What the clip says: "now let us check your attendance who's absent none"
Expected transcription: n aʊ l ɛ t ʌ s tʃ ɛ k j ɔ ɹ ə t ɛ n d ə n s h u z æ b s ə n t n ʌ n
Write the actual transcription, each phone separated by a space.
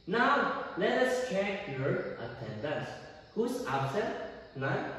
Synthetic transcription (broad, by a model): n aʊ l ɛ t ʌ s tʃ ɛ k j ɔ ɹ ə t ɛ n d ə n s h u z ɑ s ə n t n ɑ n